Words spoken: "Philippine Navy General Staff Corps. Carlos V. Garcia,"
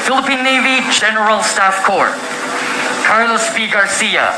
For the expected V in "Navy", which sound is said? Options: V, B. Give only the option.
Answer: V